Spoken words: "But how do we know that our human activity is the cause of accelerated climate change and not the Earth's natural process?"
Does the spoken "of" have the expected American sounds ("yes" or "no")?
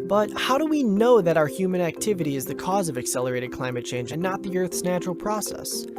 yes